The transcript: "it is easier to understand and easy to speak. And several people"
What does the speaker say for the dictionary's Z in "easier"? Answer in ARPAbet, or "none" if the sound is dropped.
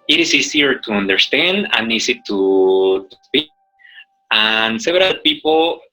S